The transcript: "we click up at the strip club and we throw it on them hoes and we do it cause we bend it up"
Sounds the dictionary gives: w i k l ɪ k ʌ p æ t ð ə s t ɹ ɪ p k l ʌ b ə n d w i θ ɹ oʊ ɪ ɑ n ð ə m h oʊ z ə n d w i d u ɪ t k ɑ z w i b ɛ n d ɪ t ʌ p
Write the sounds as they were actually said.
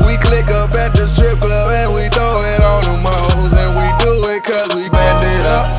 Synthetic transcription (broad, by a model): w i k l ɪ k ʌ b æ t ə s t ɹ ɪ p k l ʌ ə n w i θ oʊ ɪ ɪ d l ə m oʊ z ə n w i d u ɪ t k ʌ z w i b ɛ n d ɪ t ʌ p